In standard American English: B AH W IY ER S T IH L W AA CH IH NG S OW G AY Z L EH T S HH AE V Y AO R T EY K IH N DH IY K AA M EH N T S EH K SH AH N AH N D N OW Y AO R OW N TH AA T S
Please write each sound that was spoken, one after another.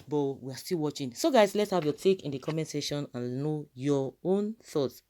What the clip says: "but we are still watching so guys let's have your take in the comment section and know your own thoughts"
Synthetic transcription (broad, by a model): B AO W IY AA S T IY L W AA CH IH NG S OW G AY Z L EH T S HH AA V Y AO T EY K IH N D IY K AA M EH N S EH SH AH N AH N N OW Y AO OW N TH AA T S